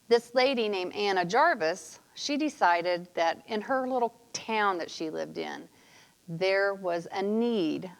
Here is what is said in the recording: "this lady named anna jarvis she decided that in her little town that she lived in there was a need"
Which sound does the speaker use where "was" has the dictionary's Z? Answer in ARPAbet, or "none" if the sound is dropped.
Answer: Z